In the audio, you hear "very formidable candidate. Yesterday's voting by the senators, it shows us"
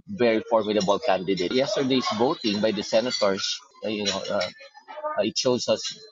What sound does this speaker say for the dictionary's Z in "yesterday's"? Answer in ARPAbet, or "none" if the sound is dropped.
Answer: S